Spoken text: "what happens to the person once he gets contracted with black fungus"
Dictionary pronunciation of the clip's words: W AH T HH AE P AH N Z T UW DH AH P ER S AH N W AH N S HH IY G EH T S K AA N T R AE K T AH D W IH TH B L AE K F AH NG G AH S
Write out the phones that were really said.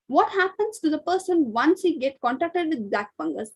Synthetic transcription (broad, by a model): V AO T HH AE P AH N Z T UW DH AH P ER S AH N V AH N S HH IY G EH T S K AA N T AE K T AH D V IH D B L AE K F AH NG G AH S